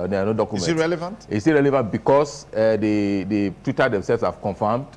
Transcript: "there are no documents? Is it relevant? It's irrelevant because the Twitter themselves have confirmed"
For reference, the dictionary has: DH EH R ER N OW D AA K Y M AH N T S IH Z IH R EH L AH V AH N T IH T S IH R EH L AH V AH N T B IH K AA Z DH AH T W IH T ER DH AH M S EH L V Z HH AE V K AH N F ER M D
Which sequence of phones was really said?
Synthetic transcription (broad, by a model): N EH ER N OW D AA K Y AH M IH IH R EH L AH V AH N T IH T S IH R EH L AH V AH N T B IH K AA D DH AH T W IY T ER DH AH M S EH L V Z HH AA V K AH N F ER M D